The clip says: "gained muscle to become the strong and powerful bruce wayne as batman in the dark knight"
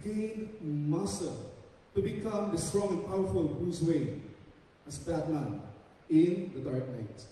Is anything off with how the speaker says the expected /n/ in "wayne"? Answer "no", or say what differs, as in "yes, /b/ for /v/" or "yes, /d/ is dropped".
yes, /n/ is dropped